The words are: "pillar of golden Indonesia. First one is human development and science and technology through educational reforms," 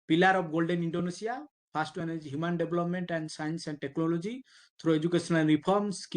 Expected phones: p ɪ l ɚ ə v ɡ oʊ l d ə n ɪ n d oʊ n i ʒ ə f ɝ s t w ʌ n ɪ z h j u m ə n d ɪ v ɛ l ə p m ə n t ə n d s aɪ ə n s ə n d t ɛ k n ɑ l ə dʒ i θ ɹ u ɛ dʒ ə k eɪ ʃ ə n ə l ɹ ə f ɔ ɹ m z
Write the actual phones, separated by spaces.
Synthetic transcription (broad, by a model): p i l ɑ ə b ɡ oʊ l d ə n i n d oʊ n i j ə p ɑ s t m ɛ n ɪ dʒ h j u m ə n d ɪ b l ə p m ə n t ə n d s aɪ ə n s ə n d t ɛ k n ɑ l ə dʒ i t ɹ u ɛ dʒ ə k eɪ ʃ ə n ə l ɹ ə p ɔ ɹ m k